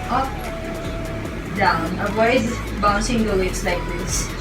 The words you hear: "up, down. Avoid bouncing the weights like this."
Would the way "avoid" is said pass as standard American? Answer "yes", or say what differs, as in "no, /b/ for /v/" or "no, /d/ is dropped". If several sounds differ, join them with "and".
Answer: no, /w/ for /v/